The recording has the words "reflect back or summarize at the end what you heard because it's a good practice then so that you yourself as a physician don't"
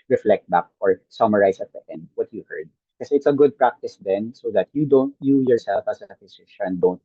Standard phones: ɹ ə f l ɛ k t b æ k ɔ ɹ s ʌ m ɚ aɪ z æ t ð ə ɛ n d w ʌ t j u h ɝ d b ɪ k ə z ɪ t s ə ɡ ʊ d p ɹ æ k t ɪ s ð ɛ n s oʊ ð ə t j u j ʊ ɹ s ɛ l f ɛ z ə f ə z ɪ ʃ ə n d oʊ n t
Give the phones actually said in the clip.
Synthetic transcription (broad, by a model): ɹ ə f l ɛ k t b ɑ k ɔ ɹ s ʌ m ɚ aɪ s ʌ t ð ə ɛ n d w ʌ t j u h ɝ d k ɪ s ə ɪ t s ə ɡ ʊ d p ɹ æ k t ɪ s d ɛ n s oʊ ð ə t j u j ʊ ɹ s ɛ l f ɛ s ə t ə s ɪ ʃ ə n d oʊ n t